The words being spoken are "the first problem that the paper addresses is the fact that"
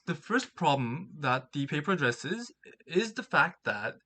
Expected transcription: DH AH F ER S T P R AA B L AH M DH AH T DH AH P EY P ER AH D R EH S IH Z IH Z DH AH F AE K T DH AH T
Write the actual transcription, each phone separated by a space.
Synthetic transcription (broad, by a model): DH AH F ER S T P R AA B L AH M DH AH T DH AH P EY P ER AH D R EH S IH Z IH Z DH AH F AE K T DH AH T